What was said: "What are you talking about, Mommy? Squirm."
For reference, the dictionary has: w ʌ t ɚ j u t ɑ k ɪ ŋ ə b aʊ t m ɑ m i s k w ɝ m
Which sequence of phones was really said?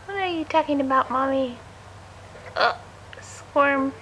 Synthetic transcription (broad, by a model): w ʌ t ɚ j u t ɑ k ɪ ŋ ə b aʊ t m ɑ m i s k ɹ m